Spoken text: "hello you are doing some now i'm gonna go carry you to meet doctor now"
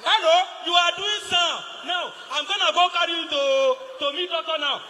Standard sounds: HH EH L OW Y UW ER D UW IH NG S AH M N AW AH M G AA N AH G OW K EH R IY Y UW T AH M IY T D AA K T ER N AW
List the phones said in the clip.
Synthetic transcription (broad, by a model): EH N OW Y UW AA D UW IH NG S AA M N AW AH M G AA N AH G OW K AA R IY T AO T AH M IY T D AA T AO N AW